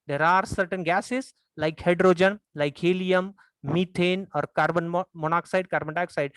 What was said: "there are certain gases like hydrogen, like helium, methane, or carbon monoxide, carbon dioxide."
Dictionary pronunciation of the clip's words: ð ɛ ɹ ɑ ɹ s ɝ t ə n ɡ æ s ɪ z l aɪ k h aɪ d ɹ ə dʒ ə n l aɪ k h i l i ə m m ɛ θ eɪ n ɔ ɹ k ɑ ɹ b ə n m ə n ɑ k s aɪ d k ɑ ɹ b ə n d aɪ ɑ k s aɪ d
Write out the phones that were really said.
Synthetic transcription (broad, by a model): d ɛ ɹ ɑ ɹ s ɝ t ə n ɡ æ s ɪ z l aɪ k h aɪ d ɹ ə dʒ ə n l aɪ k h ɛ l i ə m m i t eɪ n ɔ ɹ k ɑ ɹ b ə n m ə n ɑ k s aɪ d k ɑ ɹ b ə n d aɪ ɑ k s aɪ d